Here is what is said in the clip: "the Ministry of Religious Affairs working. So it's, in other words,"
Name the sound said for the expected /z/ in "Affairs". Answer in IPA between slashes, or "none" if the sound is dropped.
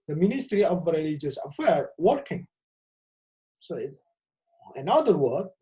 none